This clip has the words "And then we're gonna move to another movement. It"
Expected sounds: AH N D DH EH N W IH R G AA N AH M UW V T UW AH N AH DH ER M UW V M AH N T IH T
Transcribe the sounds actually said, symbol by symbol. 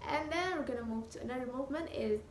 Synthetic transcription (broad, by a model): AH N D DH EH N W IH R G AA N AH M UW V T UW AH N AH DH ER M UW V M AH N T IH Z